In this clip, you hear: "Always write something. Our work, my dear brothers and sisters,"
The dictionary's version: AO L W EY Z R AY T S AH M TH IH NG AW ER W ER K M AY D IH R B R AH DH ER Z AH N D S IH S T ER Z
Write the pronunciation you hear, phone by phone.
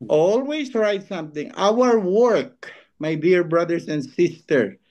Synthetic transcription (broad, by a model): AO L W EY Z R AY T S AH M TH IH NG AW ER W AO K M AY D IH R B R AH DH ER S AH N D S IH S T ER